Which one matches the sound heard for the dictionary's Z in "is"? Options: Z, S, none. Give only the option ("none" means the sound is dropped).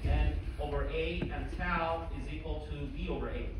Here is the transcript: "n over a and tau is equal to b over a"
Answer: Z